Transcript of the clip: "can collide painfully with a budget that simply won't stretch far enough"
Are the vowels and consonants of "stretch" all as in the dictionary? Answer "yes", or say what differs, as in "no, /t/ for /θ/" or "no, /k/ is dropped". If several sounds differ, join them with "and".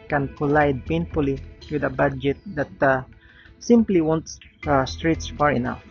no, /s/ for /tʃ/